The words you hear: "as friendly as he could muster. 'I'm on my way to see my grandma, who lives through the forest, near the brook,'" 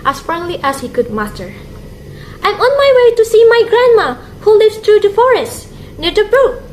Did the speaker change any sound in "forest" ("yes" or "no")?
no